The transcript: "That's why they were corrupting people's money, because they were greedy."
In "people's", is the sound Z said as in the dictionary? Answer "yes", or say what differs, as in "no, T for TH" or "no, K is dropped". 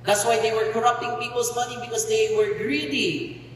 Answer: no, S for Z